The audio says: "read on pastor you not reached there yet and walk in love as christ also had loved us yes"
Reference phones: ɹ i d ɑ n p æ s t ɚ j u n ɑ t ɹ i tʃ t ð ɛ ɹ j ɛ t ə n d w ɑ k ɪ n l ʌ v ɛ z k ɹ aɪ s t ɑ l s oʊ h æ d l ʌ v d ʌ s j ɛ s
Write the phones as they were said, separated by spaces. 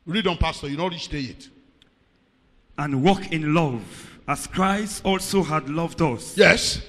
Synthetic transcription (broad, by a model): ɹ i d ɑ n p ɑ s t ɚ j u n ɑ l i s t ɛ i t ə n w ɑ k ɪ n l ʌ v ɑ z k ɹ aɪ s t ɑ l s oʊ h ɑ d l ʌ v d ʌ s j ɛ s